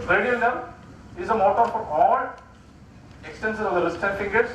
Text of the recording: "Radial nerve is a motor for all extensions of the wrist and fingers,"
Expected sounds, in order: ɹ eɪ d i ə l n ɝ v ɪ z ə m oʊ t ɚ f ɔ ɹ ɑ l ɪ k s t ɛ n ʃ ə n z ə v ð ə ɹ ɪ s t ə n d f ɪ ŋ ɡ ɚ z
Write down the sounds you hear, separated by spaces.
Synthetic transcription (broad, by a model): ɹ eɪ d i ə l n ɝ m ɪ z ə m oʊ t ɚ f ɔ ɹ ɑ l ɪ k s t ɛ n s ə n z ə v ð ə l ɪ s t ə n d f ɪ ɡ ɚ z